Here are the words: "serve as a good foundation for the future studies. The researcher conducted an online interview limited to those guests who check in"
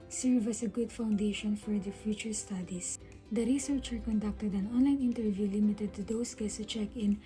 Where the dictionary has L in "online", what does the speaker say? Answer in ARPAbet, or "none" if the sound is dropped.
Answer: L